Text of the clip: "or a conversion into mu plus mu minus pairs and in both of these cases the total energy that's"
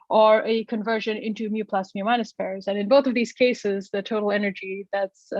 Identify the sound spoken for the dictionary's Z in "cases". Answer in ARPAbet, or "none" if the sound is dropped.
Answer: Z